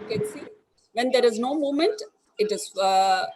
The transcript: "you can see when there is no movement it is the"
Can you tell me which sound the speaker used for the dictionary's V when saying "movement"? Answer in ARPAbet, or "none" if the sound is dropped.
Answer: none